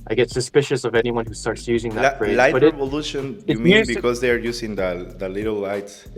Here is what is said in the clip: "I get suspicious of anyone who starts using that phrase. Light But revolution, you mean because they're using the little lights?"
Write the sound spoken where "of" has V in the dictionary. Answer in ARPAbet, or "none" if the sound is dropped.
V